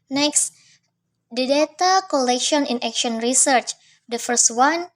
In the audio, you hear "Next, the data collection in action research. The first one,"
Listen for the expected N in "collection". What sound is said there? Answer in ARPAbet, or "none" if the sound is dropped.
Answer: N